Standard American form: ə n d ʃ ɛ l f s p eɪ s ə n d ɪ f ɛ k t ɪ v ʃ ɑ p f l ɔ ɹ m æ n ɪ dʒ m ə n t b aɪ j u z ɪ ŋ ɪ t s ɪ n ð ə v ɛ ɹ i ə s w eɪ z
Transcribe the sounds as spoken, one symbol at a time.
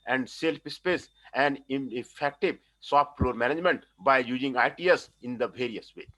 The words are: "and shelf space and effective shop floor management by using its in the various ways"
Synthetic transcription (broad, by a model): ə n d s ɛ l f s p eɪ s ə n d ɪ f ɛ k t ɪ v s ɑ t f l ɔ ɹ m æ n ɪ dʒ m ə n t b aɪ j u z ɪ ŋ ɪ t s ɪ n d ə v ɛ ɹ i ə s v eɪ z